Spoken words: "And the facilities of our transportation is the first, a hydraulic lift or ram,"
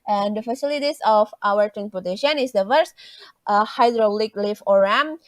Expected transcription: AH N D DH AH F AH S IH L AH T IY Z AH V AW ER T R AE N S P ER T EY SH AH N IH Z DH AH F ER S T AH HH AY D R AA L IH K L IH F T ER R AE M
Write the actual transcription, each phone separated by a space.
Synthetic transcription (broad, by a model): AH N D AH F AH S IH L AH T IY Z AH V AW ER T R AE N S P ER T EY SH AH N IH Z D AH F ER S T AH HH AY D R AA L IH K L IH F AO R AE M